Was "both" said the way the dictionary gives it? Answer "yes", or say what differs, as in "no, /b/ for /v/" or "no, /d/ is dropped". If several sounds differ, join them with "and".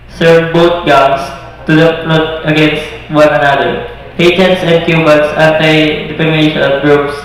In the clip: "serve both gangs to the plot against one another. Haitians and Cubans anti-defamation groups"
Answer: no, /t/ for /θ/